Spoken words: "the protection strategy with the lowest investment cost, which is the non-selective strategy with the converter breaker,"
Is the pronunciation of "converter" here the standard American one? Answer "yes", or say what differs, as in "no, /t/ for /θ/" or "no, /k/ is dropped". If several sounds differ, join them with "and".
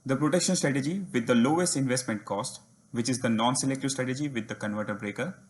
yes